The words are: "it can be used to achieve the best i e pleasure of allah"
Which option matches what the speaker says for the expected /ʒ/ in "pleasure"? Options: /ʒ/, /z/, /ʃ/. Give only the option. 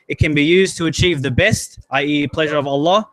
/ʒ/